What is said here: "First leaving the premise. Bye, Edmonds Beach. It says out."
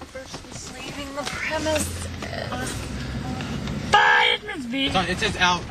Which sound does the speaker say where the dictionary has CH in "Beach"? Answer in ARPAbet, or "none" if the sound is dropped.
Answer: none